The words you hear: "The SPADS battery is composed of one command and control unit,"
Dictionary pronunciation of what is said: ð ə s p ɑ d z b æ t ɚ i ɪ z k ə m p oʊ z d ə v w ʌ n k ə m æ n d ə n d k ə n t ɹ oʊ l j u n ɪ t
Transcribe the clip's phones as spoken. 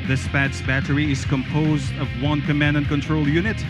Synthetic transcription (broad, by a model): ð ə s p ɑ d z b æ t ɚ i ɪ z k ə m p oʊ z d ə v w ʌ n k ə m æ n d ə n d k ə n t ɹ oʊ l j u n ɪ t